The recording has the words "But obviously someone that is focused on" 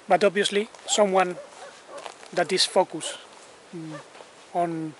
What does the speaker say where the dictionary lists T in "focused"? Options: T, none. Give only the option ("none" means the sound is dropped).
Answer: none